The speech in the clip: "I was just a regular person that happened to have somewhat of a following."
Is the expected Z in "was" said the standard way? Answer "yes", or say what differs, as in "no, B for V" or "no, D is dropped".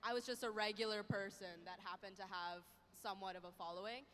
yes